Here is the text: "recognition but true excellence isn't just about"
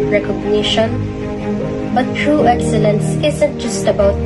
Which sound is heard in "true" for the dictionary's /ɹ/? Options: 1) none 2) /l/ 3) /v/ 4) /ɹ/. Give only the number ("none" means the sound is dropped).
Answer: 4